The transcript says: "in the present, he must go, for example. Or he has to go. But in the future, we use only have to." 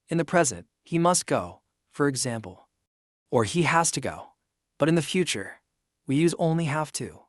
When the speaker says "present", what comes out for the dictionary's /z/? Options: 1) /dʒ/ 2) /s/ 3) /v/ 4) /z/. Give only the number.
4